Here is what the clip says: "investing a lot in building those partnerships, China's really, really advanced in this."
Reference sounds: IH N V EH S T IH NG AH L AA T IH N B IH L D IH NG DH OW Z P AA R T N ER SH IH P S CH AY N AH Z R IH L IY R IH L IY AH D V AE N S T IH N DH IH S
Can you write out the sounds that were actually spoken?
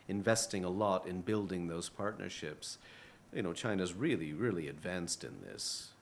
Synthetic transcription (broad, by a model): IH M V EH S T IH NG AH L AA T IH N B IH L D IH NG DH OW Z P AA R T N ER SH IH P S CH AY N AH Z R IH L IY R IH L IY AH D V AE N S T IH N DH IH S